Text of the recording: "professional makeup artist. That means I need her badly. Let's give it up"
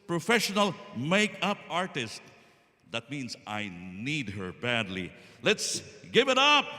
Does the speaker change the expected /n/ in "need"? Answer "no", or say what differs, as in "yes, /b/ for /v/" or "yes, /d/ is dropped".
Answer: no